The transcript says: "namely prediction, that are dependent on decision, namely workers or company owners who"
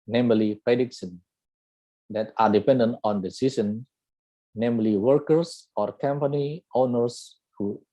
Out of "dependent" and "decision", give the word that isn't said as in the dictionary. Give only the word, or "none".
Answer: decision